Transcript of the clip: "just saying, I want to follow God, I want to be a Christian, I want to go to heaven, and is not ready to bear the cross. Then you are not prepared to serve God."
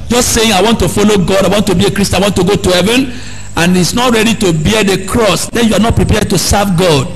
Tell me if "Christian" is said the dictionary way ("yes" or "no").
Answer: no